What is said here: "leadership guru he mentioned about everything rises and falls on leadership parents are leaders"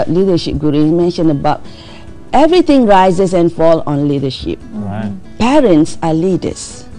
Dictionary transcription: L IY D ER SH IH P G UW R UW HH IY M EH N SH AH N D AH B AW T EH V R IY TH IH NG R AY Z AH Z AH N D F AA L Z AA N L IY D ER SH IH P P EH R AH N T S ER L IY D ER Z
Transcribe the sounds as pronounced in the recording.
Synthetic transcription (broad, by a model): L IY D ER SH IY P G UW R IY M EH N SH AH N AH B AW T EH V R IY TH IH NG R AY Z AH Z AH N F AA L AA N L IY D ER SH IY P P EH R AH N T S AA L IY D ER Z